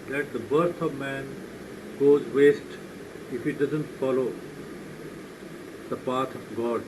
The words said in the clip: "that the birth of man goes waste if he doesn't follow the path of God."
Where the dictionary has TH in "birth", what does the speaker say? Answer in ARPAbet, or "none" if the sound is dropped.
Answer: T